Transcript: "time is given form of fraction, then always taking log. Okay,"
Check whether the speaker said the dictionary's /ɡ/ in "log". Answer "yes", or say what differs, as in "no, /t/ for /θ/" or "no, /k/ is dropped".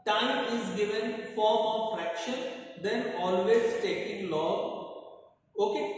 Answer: no, /ɡ/ is dropped